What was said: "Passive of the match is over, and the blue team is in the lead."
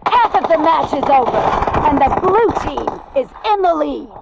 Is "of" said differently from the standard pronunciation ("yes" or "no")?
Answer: no